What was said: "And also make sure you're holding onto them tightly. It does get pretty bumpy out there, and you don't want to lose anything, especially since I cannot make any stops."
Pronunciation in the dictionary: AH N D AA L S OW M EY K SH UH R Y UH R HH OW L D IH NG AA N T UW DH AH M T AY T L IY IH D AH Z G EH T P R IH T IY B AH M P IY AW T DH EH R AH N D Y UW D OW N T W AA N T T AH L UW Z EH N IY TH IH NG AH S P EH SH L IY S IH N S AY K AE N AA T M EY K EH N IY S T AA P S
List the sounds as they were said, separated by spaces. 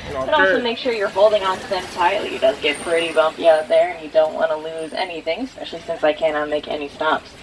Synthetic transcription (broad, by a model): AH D AA L S OW M EY K SH UH R Y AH R HH OW L D IH NG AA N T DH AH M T AY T L IY IH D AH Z G EH T P R IH T IY B AH M P IY AW T DH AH R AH N Y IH D OW N T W AA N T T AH L UW Z EH N IY TH IH NG S P EH SH L IY S IH N S AY K AE N AA T M EY K EH N IY S T AA P S